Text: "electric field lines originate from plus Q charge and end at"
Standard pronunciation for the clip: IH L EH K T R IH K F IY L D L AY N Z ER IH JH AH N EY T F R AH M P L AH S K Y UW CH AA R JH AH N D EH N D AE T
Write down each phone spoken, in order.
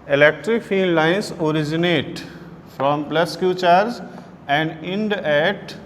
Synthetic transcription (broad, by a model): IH L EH K T R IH K F IY L D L AY N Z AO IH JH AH N EY T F R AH M P L AH S K Y UW CH AA R Z AH N D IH N D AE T